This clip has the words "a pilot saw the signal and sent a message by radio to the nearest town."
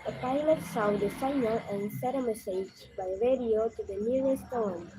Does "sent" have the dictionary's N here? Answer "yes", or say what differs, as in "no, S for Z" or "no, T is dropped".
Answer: no, N is dropped